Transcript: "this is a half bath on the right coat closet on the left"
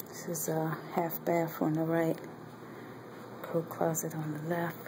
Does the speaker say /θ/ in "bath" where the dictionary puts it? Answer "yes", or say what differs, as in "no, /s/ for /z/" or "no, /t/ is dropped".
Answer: no, /f/ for /θ/